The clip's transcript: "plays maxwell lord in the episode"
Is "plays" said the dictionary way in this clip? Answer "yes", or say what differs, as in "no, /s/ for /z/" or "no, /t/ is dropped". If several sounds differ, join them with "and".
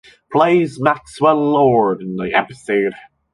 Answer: yes